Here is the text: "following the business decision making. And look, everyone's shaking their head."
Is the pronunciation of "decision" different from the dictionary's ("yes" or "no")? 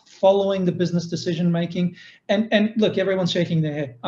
no